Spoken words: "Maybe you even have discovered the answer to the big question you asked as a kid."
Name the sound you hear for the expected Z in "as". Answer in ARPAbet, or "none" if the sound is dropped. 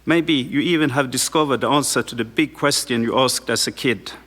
S